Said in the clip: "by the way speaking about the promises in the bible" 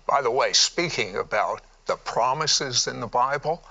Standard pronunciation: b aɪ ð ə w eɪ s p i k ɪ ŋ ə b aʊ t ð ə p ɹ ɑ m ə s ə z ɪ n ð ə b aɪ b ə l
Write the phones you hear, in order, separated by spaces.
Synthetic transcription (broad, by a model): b aɪ ð ə w eɪ s p i k ɪ ŋ ə b aʊ t ð ə p ɹ ɑ m ə s ə z ɪ n ð ə b aɪ b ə l